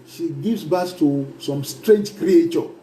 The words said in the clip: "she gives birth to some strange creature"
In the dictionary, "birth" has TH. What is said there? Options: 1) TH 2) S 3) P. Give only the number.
2